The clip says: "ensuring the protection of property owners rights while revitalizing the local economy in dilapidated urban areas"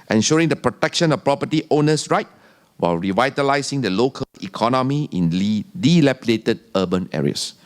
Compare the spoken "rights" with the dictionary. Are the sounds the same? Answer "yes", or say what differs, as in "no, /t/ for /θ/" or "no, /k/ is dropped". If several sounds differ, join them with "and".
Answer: no, /s/ is dropped